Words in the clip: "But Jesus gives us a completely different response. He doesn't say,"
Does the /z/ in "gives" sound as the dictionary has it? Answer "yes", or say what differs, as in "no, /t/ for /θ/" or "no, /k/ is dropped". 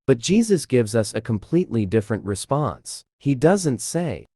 yes